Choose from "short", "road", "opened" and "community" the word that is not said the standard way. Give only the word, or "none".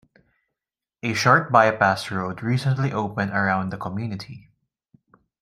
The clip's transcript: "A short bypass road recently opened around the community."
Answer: none